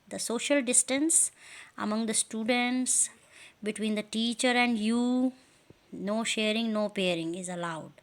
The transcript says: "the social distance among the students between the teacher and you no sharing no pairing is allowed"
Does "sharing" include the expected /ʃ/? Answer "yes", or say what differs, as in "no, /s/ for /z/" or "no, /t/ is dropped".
yes